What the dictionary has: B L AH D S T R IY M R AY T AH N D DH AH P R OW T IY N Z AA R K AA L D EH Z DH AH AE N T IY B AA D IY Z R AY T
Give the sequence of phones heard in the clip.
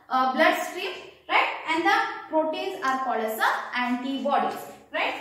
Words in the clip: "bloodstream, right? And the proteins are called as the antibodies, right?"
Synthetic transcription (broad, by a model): B L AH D S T R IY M R AY T AH N D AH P R OW T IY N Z AA R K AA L EH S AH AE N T IY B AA D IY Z R AY T